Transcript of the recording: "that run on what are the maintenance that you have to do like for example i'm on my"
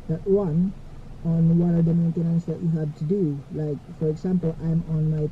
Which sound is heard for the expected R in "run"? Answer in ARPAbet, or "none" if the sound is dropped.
W